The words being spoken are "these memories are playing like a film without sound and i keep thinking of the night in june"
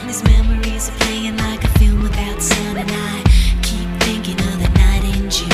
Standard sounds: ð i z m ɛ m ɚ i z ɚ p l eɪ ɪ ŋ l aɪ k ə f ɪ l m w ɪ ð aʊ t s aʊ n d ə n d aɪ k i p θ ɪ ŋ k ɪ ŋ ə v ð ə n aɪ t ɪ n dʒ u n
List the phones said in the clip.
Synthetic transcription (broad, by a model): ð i z m ɛ m ɚ i z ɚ p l eɪ ɪ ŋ l aɪ k ə f ɪ l m w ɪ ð aʊ t s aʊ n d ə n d aɪ k i p θ ɪ ŋ k ɪ ŋ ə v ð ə n aɪ t ɪ n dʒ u